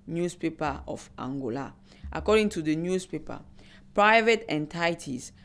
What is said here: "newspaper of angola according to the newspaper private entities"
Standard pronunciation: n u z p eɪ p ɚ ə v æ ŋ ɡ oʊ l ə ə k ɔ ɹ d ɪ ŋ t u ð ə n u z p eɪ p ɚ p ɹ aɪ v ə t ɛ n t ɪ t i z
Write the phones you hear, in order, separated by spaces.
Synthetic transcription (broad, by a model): n u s p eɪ p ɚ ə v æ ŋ ɡ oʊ l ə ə k ɔ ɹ d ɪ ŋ t u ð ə n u s p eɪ p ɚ p ɹ aɪ v ə t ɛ n t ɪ t i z